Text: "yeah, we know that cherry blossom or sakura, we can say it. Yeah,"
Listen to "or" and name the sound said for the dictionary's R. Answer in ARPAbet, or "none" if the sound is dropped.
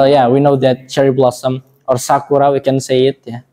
R